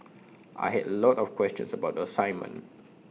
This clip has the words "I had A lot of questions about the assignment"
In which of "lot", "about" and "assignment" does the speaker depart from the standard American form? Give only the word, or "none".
assignment